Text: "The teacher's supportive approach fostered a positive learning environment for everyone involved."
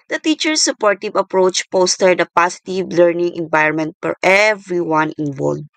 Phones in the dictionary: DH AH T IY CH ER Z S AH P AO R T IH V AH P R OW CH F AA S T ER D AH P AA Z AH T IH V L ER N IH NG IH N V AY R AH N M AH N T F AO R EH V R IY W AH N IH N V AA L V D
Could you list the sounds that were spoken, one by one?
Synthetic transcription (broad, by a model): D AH T IY CH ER S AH P AO R T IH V AH P R OW CH P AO S T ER D AH P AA S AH T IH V L ER N IH NG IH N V AY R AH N M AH N T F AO R EH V R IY W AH N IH N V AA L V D